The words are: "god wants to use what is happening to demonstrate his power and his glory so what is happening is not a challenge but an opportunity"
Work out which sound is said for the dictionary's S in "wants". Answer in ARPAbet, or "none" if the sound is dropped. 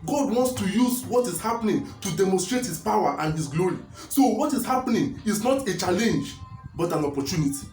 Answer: S